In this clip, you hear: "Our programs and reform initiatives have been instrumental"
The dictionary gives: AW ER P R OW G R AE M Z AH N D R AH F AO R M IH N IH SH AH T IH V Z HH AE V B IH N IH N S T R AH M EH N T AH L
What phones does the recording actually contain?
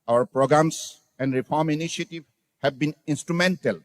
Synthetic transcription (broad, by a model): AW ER P R OW G R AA M S AH N D R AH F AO R M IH N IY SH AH T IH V HH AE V B IH N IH N S T R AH M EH N T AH L